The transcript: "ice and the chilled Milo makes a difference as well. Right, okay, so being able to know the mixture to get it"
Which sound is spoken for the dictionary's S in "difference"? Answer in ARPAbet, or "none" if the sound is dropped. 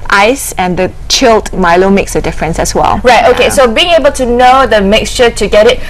S